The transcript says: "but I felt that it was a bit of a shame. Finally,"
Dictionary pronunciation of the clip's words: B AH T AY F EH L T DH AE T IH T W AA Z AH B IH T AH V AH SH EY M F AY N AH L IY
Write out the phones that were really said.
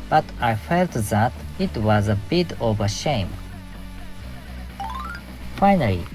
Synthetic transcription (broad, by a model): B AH T AY F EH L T DH AE T IH T W AA Z AH B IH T AH V AH SH EY M F AY N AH L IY